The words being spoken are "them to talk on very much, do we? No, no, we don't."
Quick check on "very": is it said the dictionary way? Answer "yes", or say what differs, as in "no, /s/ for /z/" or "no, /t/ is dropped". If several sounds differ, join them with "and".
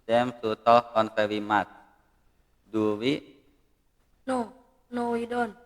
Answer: no, /w/ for /ɹ/